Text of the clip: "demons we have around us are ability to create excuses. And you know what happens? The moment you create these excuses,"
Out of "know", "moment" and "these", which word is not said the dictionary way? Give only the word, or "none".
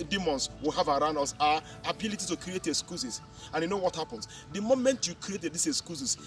these